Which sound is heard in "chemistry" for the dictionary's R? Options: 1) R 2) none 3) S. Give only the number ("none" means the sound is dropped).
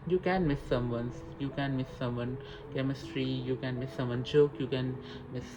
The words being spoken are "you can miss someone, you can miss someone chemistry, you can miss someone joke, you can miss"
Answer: 1